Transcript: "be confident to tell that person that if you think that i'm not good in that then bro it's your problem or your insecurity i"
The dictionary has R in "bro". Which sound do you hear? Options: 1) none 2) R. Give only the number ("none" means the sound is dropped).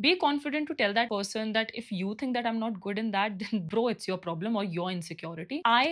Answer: 2